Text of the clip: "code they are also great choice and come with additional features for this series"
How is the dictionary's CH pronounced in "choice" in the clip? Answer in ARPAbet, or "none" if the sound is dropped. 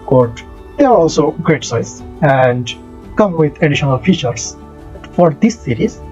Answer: S